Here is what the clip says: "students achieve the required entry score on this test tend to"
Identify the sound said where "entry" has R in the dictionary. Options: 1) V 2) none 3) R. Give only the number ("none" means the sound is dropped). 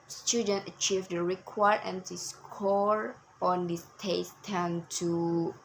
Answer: 2